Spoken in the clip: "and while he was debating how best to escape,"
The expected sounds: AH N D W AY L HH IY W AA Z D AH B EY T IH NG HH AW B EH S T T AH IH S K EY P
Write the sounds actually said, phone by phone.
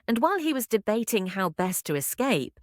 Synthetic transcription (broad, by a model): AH N W AY L IY W AA Z D AH B EY T IH NG HH AW B EH S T T AH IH S K EY P